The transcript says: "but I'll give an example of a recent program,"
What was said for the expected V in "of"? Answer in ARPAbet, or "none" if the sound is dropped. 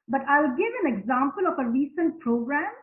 F